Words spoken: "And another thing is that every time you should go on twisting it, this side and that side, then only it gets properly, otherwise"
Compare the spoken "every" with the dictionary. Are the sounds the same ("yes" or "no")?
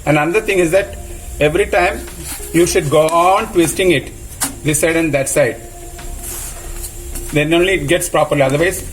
yes